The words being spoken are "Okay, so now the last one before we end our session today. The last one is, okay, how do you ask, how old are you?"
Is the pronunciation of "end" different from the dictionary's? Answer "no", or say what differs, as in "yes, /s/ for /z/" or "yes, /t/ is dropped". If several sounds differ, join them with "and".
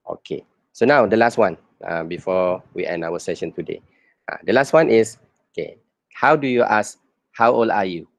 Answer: yes, /d/ is dropped